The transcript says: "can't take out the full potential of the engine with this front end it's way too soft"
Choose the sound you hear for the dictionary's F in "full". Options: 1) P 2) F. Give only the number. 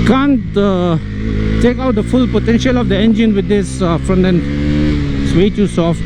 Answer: 2